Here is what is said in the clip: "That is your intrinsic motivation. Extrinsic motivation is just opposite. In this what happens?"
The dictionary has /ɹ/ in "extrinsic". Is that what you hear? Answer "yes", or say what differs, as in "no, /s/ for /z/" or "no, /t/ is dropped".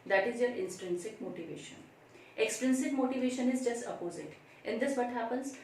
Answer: yes